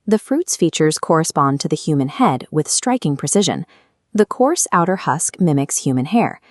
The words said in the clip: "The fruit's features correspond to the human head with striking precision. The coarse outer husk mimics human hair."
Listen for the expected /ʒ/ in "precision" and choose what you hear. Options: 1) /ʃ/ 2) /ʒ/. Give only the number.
2